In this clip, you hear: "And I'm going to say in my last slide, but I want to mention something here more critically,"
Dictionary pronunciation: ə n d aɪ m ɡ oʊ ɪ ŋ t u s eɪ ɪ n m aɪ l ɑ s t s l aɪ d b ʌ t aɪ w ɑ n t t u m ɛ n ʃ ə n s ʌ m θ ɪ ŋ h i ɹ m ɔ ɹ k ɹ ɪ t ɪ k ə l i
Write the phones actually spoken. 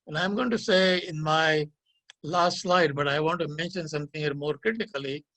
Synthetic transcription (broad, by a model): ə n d aɪ m ɡ oʊ ɪ ŋ t u s eɪ ɪ n m aɪ l ɑ s t s l aɪ d b ʌ t aɪ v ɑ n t t u m ɛ n ʃ ə n s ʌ m t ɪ ŋ h i ɹ m ɔ ɹ k ɹ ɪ t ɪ k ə l i